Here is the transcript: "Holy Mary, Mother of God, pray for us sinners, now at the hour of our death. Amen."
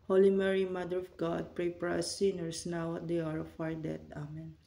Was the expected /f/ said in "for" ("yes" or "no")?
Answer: no